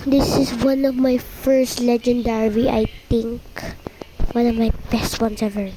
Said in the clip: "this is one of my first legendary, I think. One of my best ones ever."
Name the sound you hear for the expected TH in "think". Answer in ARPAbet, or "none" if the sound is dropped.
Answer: T